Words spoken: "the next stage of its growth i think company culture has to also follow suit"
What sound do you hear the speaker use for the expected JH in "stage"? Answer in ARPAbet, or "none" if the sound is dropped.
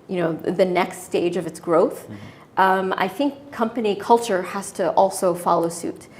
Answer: JH